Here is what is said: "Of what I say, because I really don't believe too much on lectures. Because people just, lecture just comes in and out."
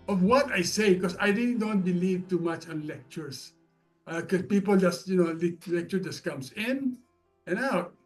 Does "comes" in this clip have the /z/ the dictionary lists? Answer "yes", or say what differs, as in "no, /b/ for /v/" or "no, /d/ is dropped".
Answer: no, /s/ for /z/